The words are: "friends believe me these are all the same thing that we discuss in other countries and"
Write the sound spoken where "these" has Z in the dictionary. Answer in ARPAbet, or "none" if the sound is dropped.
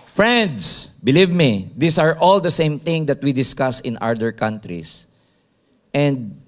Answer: S